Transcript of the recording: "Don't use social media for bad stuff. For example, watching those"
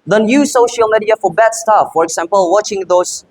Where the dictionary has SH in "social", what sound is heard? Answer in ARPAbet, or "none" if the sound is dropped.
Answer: SH